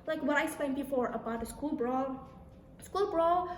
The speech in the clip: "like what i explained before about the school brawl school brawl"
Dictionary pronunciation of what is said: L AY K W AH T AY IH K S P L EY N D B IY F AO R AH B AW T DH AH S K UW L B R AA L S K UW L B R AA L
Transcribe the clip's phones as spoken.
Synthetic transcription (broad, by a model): L AY K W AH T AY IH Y S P EY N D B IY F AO R AH B AW T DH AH S K UW L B R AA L S K UW L B R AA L